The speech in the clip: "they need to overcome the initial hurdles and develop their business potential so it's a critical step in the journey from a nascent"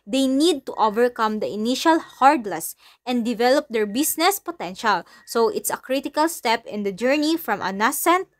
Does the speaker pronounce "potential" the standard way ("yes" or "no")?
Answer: yes